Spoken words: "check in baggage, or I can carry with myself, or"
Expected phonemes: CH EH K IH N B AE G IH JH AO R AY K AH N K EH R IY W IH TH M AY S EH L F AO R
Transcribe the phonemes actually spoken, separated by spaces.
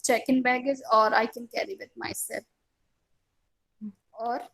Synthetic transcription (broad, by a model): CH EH K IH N B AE G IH Z AO R AY K AH N K EH R IY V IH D M AY S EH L AO R